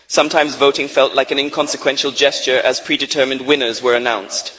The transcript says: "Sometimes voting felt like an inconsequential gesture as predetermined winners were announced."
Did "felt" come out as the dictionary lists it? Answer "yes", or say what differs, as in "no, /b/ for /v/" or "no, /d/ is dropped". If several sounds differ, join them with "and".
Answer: yes